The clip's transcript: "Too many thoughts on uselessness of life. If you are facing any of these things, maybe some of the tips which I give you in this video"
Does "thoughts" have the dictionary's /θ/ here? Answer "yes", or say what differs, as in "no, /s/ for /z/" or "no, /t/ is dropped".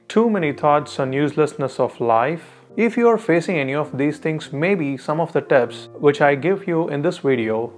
no, /t/ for /θ/